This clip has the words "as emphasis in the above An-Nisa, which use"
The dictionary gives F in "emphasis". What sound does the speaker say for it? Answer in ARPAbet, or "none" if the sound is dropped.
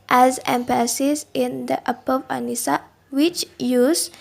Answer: P